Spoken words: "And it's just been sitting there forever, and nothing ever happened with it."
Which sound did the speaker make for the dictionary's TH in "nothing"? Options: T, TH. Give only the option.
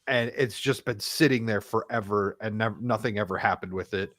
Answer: TH